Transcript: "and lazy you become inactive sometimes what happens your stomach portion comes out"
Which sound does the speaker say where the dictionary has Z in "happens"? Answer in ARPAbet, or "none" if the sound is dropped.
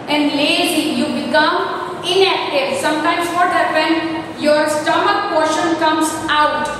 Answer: none